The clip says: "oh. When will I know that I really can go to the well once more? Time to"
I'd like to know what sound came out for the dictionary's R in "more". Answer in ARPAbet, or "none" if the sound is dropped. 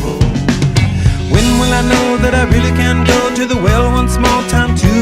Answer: L